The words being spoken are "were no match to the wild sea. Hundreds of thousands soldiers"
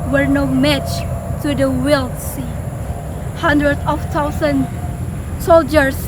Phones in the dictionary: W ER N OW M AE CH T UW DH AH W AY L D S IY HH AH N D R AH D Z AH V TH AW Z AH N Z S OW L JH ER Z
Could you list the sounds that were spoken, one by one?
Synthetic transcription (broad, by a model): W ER N OW M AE CH T UW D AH W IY L S IY HH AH N D R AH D AH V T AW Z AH N S OW L JH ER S